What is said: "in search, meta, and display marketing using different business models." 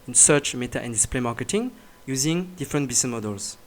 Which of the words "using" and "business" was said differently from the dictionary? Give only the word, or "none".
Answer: business